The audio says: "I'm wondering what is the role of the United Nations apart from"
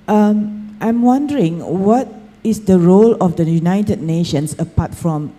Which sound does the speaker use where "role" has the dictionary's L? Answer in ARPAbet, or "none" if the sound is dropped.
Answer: L